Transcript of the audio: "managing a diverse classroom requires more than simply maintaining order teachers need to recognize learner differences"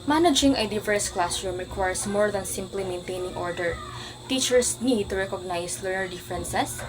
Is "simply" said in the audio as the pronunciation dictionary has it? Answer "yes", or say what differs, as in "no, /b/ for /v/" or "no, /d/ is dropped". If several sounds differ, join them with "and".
yes